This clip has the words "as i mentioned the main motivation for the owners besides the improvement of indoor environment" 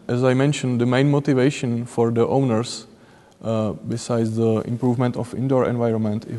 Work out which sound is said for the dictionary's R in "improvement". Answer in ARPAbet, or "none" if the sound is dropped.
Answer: R